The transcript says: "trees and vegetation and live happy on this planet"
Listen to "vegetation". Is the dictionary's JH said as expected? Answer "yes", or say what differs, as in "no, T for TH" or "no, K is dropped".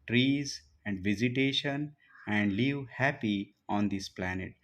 no, Z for JH